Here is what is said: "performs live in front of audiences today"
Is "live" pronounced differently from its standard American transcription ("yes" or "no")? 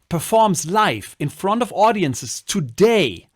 yes